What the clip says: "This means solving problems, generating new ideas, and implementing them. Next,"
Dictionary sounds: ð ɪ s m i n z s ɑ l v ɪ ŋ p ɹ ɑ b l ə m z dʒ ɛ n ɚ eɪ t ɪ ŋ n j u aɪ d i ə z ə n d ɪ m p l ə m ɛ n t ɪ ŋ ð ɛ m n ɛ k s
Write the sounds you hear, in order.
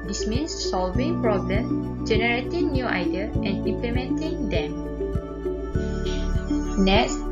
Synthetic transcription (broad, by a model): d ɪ s m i n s s ɑ l v ɪ ŋ p ɹ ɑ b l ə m dʒ ɛ n ɚ eɪ t ɪ ŋ n j u aɪ d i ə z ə n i m p l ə m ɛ n t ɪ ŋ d ɛ m n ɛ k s